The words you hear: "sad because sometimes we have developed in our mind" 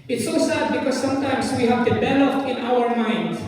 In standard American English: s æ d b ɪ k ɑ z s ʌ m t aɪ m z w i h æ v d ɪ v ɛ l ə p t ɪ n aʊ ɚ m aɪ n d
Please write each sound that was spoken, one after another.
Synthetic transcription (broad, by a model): s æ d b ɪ k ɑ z s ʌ m t aɪ m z w i h æ v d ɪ b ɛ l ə f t ɪ n aʊ ɚ m aɪ n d